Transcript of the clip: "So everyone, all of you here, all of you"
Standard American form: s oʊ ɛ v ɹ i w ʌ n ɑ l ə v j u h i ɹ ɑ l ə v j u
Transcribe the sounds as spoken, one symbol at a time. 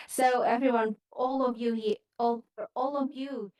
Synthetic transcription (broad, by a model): s oʊ ɛ v ɹ i w ʌ n ɑ l ə v j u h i l ɑ l ə v j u